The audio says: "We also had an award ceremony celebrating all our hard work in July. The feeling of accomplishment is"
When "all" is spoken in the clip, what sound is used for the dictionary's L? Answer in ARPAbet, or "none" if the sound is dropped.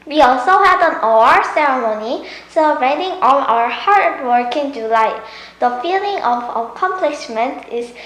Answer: N